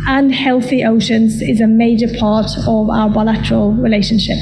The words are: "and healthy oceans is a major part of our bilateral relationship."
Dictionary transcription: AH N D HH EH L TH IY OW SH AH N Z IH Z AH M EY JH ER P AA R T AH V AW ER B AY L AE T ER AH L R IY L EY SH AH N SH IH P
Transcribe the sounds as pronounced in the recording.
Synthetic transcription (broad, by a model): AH N HH EH L TH IY OW SH AH N Z IH Z AH M EY JH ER P AA T AH V AW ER B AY L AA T ER AH L R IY L EY SH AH N SH IH P